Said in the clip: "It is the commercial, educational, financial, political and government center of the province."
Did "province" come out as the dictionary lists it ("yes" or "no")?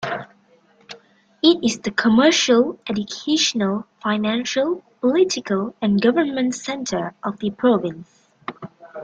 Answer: yes